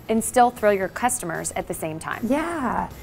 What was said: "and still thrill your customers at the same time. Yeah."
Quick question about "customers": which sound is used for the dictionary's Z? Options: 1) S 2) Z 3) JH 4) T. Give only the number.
2